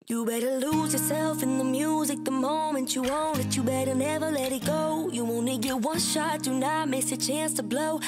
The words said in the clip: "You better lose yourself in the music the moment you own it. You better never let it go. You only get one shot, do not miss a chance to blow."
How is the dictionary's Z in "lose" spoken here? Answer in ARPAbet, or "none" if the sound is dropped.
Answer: Z